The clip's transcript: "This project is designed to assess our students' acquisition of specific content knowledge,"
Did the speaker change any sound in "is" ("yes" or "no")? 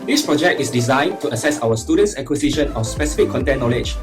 yes